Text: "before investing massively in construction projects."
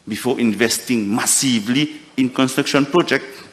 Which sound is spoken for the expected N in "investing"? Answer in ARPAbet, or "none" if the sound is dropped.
N